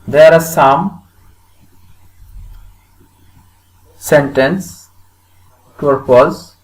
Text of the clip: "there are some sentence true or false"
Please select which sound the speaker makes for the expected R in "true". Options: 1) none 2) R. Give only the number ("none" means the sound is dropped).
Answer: 1